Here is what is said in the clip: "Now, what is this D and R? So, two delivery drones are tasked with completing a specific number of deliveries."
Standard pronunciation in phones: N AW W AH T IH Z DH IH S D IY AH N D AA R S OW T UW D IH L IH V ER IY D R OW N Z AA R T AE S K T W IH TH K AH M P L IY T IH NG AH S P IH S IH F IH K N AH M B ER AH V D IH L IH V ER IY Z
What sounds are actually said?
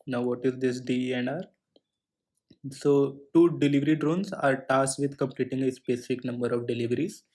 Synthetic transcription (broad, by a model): N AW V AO T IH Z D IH S D IY AH N D AA R S OW T UW D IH L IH V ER IY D R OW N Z AA R T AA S T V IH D K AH M P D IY T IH NG AH S P IH S IH F IH K N AH M B ER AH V D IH L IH V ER IY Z